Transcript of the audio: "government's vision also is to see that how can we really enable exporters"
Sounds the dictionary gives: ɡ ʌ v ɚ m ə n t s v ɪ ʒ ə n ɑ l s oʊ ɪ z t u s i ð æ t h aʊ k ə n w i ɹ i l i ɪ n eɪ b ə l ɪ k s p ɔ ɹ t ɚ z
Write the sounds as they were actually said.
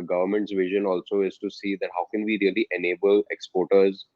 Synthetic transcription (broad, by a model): ɡ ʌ v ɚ m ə n t s v ɪ ʒ ə n ɑ l s oʊ ɪ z t u s i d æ t h aʊ k ə n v i ɹ i l i ɪ n eɪ b ə l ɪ k s p ɔ ɹ t ɚ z